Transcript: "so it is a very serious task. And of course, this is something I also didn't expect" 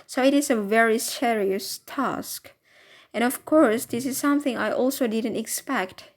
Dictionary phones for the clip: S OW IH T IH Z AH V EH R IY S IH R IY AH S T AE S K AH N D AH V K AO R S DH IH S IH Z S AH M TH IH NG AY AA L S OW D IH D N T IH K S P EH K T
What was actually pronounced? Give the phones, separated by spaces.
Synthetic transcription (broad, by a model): S OW IH T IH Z AH V EH R IY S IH R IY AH S T AE S K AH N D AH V K AO R S DH IH S IH Z S AH M TH IH NG AY AA L S OW D IH D N T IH K S P EH K T